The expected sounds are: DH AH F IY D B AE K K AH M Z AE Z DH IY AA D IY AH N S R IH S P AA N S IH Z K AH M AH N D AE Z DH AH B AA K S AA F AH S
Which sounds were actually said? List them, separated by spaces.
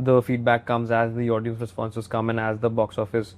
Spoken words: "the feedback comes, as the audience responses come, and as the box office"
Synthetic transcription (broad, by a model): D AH F IY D B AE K K AH M Z AE Z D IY AA D IY AH N S R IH S P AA N S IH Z K AH M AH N AE Z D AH B AA K S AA F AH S